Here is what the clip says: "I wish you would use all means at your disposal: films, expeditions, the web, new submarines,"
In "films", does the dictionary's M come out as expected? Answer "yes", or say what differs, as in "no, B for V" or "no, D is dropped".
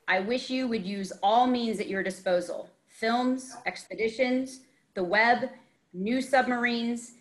yes